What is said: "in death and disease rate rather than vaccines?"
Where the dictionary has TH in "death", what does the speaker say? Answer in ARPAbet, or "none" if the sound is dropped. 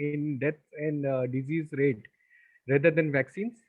T